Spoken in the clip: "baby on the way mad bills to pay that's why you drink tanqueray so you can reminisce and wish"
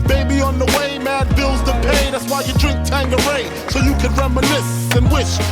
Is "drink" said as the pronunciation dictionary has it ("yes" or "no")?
yes